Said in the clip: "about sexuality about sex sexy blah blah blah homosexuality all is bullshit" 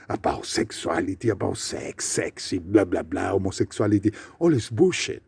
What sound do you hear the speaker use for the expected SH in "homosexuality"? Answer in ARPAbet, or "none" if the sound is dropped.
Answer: S